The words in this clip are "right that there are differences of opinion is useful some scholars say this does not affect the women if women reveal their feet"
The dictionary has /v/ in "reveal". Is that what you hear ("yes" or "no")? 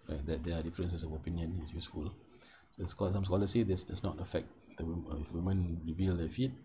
yes